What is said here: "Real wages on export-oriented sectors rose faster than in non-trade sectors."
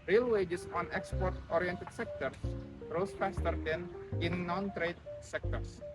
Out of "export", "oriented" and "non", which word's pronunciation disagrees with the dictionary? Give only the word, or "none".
none